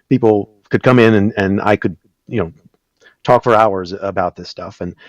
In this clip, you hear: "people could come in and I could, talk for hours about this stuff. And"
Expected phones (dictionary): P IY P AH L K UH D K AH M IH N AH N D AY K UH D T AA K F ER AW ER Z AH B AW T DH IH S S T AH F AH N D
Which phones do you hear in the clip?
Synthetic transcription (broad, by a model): P IY P L K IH D K AH M IH N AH N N AY K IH D T AA K F ER AW ER Z AH B AW T DH IH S S T AH F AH N